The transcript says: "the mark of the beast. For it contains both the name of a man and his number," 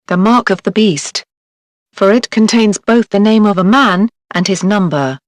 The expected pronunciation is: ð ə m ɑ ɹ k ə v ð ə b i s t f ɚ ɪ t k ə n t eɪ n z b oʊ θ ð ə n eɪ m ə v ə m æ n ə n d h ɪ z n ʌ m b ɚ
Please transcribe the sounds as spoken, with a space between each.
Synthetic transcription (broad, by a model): ð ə m ɑ ɹ k ə v ð ə b i s t f ɚ ɪ t k ə n t eɪ n z b oʊ θ ð ə n eɪ m ə v ə m æ n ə n ɪ z n ʌ m b ɚ